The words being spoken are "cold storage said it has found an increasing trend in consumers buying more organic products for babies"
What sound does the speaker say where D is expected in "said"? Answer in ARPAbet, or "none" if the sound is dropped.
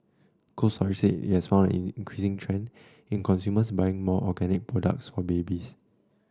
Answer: none